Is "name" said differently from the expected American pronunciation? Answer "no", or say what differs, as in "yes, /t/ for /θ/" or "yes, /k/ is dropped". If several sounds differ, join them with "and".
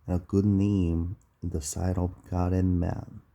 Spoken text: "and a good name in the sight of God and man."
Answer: yes, /m/ is dropped